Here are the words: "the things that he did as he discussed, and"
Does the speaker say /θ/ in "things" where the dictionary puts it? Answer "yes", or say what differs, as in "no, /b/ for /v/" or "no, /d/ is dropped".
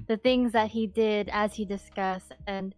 yes